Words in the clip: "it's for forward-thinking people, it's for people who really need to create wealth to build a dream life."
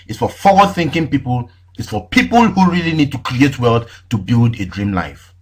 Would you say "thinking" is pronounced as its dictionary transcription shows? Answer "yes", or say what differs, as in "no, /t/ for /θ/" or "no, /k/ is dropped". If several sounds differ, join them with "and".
yes